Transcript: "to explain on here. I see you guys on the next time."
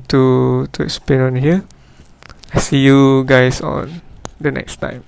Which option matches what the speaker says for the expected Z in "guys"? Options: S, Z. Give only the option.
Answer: S